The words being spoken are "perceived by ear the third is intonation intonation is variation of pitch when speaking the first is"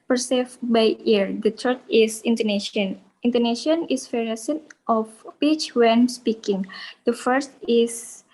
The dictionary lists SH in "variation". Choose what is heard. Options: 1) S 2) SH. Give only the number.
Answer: 1